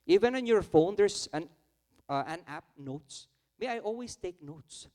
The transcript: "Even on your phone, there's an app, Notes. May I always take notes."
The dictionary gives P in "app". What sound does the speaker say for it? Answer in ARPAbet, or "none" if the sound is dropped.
P